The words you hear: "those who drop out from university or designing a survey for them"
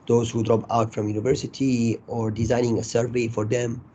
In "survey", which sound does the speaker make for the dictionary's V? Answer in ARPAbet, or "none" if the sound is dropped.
V